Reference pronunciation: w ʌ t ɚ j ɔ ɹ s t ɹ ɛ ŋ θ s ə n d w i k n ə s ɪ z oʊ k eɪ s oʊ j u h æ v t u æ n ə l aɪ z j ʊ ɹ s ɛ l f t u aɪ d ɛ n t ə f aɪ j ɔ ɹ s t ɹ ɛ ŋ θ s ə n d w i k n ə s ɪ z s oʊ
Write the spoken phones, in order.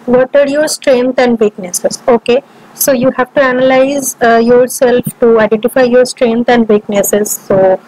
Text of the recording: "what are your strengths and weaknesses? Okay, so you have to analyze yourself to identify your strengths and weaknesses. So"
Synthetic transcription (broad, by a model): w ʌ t ɚ j ɔ ɹ s t ɹ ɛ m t ə n d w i k n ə s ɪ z oʊ k eɪ s oʊ j u h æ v t u æ n ə l aɪ z j ʊ ɹ s ɛ l f t u aɪ d ɛ n t ə f aɪ j ɔ ɹ s t ɹ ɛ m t ə n d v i k n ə s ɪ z s oʊ